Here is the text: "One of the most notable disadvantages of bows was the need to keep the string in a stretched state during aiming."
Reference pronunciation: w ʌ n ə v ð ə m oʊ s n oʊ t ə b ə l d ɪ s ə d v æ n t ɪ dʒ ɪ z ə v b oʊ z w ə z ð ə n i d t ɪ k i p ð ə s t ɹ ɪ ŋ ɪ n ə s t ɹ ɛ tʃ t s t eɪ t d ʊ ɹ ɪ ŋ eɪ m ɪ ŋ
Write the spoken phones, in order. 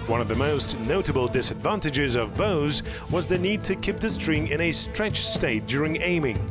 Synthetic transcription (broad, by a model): w ʌ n ə v ð ə m oʊ s n oʊ t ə b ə l d ɪ s ə d v æ n t ɪ dʒ ɪ z ə v b oʊ z w ə z ð ə n i d t ɪ k i p ð ə s t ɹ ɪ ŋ ɪ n ə s t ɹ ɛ tʃ s t eɪ t d ʊ ɹ ɪ ŋ eɪ m ɪ ŋ